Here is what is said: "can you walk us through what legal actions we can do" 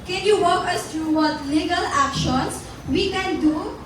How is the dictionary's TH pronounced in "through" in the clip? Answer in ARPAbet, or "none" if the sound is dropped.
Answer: T